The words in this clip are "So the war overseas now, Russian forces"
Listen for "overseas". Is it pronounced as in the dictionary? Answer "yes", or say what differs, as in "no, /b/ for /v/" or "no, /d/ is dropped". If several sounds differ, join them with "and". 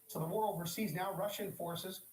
yes